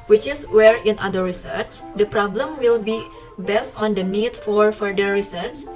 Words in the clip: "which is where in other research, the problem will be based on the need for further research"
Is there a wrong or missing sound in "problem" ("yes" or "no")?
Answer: no